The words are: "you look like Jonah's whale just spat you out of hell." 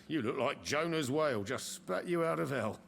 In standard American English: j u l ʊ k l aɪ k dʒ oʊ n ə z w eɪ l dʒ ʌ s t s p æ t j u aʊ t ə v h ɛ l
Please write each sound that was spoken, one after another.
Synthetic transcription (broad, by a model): j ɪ l ʊ k l aɪ k dʒ oʊ n ə z w eɪ l dʒ ʌ s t s p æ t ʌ aʊ t ə v ɛ l